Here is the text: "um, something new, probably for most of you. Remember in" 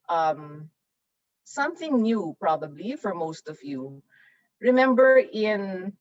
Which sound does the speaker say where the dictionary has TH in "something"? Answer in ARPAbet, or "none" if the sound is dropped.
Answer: TH